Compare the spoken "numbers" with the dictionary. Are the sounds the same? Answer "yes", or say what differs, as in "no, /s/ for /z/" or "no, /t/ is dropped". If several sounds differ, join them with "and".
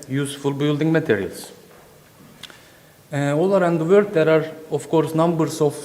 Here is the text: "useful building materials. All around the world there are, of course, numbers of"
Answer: no, /s/ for /z/